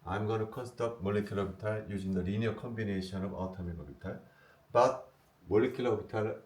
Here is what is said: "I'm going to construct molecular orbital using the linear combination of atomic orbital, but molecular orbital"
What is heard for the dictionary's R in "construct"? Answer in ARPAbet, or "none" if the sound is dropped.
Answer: none